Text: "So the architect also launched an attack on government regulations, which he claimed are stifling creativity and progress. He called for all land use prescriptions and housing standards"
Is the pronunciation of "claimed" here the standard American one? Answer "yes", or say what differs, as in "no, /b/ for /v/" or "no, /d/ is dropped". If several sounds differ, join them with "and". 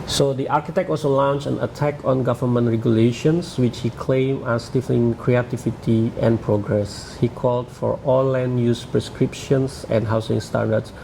no, /d/ is dropped